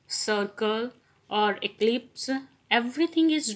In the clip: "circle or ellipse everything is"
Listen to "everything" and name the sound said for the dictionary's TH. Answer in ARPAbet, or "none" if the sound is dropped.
T